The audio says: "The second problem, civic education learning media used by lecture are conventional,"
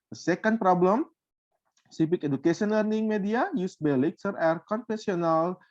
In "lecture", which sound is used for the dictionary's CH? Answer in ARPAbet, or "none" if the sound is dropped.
S